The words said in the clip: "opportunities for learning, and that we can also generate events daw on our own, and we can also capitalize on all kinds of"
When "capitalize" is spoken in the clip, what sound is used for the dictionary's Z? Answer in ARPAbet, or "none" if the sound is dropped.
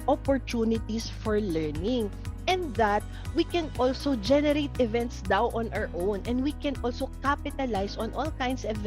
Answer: S